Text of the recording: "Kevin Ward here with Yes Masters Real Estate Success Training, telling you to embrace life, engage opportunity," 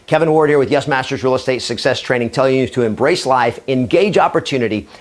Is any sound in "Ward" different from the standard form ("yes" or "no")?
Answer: no